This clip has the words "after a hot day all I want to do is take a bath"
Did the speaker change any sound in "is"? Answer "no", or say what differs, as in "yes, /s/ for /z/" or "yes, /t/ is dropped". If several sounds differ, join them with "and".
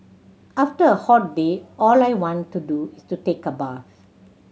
yes, /s/ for /z/